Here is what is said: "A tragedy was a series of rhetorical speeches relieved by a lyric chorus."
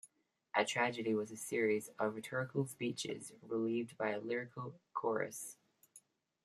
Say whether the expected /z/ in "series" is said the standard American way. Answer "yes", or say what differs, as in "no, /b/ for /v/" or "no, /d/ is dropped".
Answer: yes